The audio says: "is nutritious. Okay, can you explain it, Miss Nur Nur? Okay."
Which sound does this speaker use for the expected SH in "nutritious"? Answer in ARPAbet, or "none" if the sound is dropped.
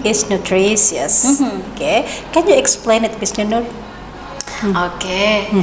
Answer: S